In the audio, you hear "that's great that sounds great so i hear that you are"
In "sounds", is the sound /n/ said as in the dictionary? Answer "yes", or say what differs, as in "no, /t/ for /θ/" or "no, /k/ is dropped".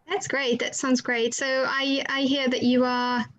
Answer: yes